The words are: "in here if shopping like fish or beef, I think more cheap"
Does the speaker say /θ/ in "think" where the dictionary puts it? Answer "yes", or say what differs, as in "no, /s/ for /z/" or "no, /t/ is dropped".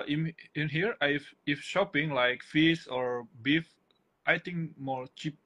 no, /t/ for /θ/